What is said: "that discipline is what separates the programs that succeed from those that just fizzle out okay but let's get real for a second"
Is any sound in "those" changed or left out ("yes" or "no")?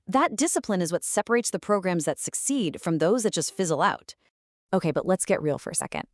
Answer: no